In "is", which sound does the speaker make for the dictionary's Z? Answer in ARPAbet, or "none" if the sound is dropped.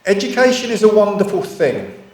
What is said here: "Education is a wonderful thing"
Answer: Z